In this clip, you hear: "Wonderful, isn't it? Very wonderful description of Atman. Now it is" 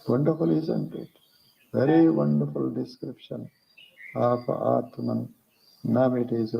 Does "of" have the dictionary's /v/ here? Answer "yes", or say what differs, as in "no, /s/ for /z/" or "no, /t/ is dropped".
no, /p/ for /v/